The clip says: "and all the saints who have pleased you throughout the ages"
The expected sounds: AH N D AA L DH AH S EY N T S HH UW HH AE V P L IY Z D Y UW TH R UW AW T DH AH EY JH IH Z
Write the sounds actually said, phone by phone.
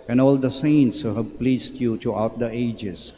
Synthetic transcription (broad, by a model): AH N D AA L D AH S EY N T S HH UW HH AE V P L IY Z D Y UW T R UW AW T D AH EY JH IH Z